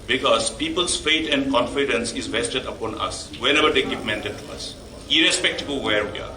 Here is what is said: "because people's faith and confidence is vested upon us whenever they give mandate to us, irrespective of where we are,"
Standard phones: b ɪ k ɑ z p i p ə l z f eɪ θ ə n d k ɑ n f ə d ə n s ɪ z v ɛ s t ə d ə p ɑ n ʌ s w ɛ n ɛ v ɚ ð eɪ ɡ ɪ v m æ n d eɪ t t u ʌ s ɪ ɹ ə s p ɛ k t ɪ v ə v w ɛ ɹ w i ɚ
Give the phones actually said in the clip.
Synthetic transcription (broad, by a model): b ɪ k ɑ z p i p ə l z f eɪ t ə n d k ɑ n f ə d ə n s ɪ z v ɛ s t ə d ə p ɑ n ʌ s w ɛ n ɛ v ɚ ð eɪ ɡ ɪ v m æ n d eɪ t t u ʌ s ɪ ɹ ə s p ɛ k t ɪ b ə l w ɛ ɹ w i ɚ